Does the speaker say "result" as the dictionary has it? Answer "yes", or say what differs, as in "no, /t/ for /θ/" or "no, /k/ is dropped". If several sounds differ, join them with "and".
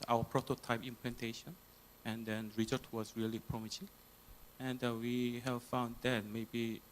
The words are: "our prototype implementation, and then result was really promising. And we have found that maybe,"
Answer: no, /l/ is dropped